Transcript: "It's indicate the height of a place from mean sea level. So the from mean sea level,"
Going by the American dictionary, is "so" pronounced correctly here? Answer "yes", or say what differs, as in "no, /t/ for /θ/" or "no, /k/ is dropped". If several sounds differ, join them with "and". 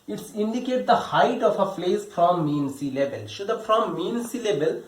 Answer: no, /ʃ/ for /s/